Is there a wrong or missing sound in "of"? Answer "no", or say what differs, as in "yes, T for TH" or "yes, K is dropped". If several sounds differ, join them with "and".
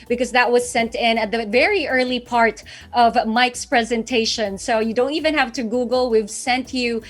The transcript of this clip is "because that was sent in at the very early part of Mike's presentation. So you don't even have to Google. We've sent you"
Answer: no